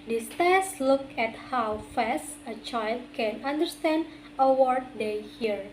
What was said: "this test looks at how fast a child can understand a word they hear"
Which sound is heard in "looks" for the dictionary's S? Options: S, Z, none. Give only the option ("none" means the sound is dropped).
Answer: none